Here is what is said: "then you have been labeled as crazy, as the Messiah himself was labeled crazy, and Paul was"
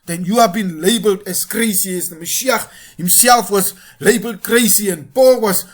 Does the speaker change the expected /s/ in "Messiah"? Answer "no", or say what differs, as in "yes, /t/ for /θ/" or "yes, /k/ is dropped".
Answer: yes, /ʃ/ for /s/